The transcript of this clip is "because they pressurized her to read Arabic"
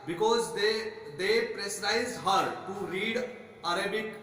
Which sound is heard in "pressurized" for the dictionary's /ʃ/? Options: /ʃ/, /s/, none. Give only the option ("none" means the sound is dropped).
/s/